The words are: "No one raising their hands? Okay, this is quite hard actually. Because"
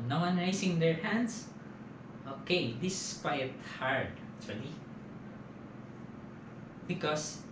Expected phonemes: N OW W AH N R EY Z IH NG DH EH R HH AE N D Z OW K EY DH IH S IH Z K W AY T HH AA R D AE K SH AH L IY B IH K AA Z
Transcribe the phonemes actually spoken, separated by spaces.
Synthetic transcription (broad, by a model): N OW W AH N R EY S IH NG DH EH R HH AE N D S OW K EY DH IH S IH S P AY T HH AA R D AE K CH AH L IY B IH K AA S